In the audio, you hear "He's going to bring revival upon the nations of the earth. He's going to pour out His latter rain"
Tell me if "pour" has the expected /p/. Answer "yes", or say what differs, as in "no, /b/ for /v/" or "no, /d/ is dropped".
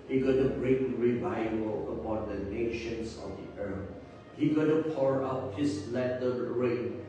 yes